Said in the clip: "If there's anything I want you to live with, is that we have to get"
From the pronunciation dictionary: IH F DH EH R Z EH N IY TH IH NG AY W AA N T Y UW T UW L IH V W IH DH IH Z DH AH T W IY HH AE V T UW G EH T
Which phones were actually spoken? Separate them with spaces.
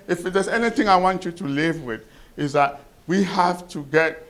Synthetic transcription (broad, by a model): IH F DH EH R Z EH N IY TH IH NG AY W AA N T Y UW T UW L IH V W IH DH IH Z DH AH T W IY HH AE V T UW G EH T